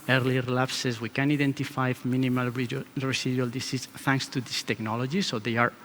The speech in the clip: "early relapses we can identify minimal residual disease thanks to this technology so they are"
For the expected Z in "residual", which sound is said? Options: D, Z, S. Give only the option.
S